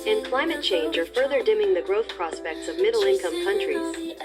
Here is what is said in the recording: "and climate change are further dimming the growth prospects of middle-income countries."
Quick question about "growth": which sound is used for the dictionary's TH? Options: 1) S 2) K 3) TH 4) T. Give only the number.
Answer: 3